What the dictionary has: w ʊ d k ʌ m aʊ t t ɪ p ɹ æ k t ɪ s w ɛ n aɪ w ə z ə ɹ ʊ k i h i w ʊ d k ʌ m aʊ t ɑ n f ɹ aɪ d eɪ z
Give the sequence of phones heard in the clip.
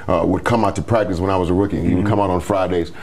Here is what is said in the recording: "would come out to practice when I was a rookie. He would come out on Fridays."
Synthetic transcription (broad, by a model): w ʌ d k ʌ m aʊ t t ɪ p ɹ æ k t ɪ s w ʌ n aɪ w ə z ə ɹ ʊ k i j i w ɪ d k ʌ m aʊ t n f ɹ aɪ d eɪ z